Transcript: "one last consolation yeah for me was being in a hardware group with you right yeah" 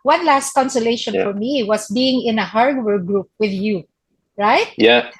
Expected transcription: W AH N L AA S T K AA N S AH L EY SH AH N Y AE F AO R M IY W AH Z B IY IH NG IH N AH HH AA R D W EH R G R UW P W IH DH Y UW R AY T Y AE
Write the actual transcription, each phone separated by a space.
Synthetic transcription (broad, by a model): W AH N L AA S T K AA N S AH L EY SH AH N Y F AO R M IY W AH S B IY IH NG IH N AH HH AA R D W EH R G R UW P W IH DH Y UW R AY T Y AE